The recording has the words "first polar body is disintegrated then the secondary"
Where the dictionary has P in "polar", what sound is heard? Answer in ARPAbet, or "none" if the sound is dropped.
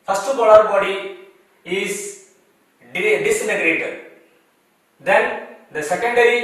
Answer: B